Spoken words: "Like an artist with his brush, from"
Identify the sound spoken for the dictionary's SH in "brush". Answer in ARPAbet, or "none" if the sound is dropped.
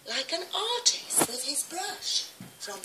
SH